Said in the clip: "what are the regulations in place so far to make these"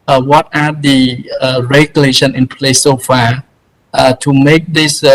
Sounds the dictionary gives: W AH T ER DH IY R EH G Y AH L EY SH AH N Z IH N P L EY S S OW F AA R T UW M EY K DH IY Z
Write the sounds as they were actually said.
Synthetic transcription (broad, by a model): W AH T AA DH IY R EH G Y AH L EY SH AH N IH N P L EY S S OW F AA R T UW M EY K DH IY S